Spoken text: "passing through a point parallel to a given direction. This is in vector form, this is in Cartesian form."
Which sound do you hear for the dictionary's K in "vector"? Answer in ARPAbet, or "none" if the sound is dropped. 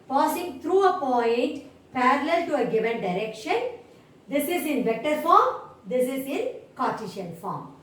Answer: K